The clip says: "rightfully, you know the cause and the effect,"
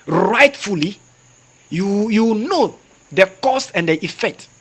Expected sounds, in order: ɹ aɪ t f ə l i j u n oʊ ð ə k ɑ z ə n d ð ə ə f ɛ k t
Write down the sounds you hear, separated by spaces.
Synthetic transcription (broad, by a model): ɹ aɪ t f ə l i j u n oʊ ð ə k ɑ s ə n d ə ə f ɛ k t